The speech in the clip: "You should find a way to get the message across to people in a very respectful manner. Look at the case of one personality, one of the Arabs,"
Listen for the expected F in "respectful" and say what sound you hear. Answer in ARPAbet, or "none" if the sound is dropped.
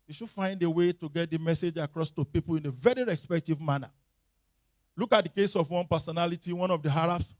none